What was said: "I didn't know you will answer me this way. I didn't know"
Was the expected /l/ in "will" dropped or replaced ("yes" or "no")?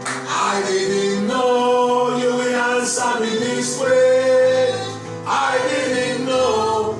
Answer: yes